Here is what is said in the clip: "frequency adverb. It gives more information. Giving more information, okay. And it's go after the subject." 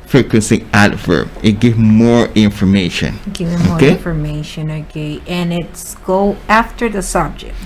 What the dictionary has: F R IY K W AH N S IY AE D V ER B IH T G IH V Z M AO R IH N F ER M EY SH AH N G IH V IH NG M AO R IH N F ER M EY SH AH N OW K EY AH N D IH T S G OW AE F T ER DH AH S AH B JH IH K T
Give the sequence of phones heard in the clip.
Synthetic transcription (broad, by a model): F R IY K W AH N S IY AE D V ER IH T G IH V M AO R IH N F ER M EY SH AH N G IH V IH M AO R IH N F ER M EY SH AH N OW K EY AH N IH T S G OW AE F T ER DH AH S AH B JH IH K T